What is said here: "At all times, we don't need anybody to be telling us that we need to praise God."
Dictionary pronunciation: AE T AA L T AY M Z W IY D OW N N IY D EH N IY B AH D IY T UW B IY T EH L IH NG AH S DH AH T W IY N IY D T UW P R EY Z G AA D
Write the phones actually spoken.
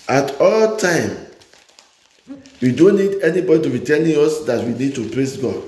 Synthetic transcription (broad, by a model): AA T AA L T AY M W IY D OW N N IY D EH N IY B AH D IY T UW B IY T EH N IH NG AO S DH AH T W IY N IY D T UW P R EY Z G AA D